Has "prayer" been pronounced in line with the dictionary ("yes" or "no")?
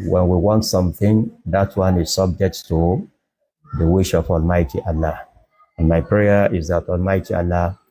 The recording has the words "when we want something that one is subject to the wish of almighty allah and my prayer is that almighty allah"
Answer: yes